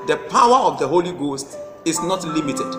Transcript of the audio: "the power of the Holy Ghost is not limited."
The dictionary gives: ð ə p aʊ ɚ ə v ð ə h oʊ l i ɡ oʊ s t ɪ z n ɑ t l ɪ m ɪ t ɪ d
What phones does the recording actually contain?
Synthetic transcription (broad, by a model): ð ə p aʊ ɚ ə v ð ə h oʊ l i ɡ oʊ s t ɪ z n ɑ t l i m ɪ t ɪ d